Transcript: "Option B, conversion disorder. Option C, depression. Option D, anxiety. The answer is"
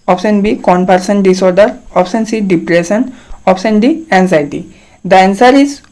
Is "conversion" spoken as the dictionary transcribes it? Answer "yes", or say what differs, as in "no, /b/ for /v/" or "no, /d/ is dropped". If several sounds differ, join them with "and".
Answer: no, /p/ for /v/ and /s/ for /ʒ/